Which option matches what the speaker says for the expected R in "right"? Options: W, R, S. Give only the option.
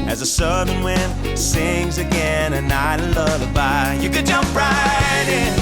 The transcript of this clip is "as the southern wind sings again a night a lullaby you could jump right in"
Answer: R